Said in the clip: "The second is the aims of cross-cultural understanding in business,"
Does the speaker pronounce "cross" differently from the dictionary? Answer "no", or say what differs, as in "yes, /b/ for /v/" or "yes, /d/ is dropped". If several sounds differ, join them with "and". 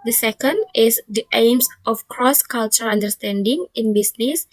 no